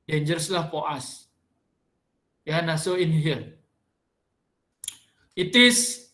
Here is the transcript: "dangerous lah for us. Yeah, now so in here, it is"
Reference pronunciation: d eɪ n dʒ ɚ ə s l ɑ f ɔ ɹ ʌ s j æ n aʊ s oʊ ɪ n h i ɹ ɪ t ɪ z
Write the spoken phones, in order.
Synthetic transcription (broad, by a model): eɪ n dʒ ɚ s l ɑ p ɔ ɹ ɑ s j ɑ n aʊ s oʊ ɪ n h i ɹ ɪ t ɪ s